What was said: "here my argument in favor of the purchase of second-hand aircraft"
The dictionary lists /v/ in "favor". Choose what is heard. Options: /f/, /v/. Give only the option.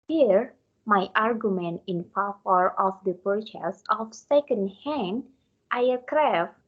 /f/